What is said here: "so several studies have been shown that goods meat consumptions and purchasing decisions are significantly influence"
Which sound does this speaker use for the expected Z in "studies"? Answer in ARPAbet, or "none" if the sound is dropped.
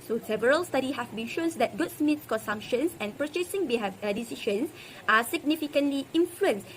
none